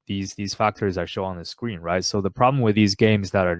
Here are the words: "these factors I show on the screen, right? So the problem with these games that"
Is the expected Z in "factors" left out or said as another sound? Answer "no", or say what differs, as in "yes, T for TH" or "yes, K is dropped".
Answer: no